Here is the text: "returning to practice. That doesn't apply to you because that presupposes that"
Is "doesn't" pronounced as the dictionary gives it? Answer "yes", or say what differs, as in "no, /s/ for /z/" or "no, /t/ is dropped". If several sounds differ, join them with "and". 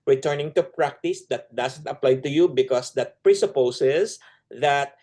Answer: no, /s/ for /z/